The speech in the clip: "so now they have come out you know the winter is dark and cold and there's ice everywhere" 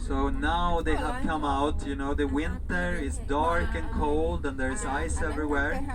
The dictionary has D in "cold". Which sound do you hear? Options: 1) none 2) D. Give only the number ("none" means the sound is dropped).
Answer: 2